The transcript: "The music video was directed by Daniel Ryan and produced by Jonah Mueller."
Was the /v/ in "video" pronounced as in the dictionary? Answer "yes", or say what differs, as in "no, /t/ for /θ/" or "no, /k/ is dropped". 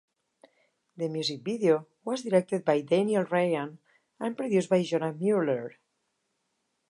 no, /b/ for /v/